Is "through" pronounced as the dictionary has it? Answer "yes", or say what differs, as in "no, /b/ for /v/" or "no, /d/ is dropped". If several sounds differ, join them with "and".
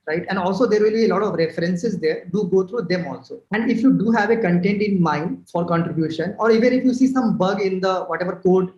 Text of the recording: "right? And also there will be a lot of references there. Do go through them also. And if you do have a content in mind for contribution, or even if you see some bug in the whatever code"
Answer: no, /t/ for /θ/